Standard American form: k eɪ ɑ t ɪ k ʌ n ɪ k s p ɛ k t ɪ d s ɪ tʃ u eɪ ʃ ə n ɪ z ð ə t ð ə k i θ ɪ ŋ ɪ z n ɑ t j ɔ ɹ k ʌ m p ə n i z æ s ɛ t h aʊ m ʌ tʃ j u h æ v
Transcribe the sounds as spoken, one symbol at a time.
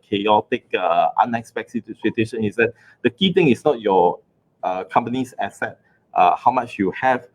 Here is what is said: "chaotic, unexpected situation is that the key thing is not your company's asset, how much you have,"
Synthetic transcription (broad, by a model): k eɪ ɑ t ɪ k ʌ n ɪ k s p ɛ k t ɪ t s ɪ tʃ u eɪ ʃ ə n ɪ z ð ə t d ə k i t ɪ ŋ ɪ s n ɑ t j ɔ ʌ k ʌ m p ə n i s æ s ɛ t h aʊ m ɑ tʃ j u h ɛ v